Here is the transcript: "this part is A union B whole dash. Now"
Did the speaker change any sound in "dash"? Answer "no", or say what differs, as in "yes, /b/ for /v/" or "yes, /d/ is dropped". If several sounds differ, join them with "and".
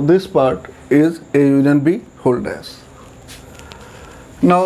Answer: yes, /s/ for /ʃ/